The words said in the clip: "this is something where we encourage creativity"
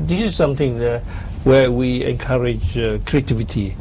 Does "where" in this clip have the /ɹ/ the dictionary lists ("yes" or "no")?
no